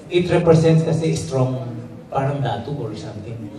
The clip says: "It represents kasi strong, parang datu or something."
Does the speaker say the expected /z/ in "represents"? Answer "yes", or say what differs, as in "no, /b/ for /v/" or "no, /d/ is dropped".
no, /s/ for /z/